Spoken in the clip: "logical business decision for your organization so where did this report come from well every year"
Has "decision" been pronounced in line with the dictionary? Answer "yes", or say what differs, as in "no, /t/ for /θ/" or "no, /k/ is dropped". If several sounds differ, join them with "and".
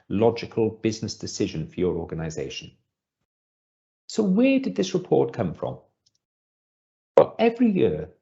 yes